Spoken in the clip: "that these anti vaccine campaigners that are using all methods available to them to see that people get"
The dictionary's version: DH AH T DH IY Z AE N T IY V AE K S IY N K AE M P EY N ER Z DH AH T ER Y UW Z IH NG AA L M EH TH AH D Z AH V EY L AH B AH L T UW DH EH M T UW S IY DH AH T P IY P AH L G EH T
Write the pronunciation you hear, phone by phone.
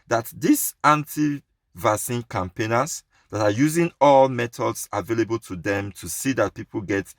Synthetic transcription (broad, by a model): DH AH T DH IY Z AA N T IY V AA S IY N K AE M P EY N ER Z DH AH T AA Y UW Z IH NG AA L M EH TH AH D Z AH V EY L AH B AH L T UW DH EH M T UW S IY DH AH T P IY P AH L G EH T